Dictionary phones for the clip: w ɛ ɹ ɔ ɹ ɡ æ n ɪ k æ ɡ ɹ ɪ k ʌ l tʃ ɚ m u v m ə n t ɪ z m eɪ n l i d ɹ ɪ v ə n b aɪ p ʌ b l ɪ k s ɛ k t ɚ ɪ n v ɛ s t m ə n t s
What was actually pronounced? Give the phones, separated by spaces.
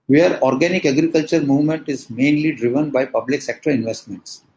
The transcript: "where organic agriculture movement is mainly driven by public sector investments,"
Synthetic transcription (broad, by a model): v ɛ ɹ ɔ ɹ ɡ æ n ɪ k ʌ ɡ ɹ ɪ k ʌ l tʃ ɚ m u v m ə n t ɪ z m eɪ n l i d ɹ ɪ v ə n b aɪ p ʌ b l ɪ k s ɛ k t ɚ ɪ n v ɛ s t m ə n t s